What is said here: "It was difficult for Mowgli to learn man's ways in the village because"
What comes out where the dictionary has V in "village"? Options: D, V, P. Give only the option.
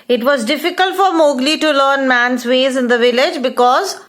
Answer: V